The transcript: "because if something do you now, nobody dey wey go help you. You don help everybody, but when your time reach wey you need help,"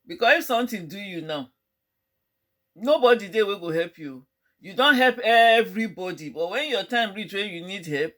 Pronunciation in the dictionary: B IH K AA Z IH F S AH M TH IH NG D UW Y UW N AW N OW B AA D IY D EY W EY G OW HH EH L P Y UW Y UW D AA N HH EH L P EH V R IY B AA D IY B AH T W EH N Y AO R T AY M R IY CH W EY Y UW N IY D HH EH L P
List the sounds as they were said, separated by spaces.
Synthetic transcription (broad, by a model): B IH K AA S IH F S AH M T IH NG D UW Y UW N AW N OW B AA D IY D EY W EY G OW HH EH L P Y UW Y UW D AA N HH EH L P EH V R IY B AA D IY B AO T W EH N Y AO T AY M R IY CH W EY Y UW N IY D HH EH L P